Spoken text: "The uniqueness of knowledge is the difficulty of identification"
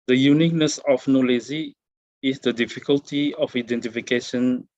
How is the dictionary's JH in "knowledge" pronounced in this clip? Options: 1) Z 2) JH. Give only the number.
1